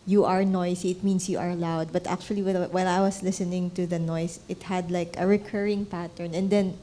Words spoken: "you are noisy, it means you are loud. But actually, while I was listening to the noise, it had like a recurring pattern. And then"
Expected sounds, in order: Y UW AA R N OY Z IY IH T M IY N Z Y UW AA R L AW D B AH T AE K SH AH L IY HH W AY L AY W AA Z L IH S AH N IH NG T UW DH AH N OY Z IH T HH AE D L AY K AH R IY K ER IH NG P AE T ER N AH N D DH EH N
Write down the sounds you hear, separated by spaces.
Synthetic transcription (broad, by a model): Y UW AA R N OY S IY IH T M IY N S Y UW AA R L AW D B AH T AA K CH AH L IY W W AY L AY W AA S L IH S AH N IH NG T UW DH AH N OY S IH T HH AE D L AY K AH R IY K ER IH NG P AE T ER N AH N D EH N